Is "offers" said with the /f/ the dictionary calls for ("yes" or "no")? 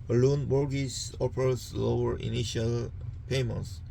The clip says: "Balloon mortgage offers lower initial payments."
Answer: no